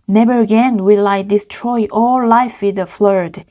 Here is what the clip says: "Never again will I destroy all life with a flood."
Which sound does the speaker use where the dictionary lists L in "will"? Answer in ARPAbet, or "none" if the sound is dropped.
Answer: L